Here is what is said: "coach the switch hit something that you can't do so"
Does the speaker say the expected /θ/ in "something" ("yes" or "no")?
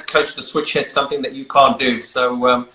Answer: yes